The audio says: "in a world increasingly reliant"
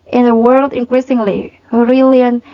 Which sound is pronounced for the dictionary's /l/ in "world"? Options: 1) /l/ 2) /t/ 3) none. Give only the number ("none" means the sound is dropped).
1